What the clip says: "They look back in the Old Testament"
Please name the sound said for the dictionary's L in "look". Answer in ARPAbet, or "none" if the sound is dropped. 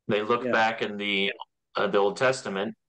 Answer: L